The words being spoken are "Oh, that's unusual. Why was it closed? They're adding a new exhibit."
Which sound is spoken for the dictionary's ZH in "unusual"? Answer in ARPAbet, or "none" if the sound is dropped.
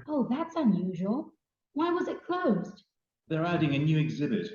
ZH